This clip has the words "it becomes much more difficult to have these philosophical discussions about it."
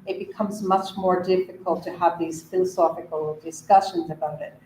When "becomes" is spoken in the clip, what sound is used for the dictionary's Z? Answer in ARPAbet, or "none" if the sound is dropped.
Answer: Z